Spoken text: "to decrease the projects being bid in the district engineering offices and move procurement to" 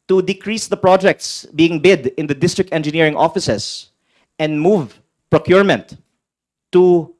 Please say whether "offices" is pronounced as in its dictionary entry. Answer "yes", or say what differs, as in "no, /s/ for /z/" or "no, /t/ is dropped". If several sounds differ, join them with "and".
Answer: no, /s/ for /z/